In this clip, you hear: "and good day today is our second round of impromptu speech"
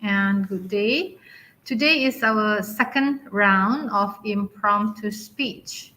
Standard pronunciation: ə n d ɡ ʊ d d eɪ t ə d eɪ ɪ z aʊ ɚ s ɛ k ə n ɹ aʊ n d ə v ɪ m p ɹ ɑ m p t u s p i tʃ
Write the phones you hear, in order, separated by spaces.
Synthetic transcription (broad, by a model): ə n ɡ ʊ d d eɪ t ə d eɪ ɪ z aʊ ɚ s ɛ k ə n ɹ aʊ n d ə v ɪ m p ɹ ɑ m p t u s p i tʃ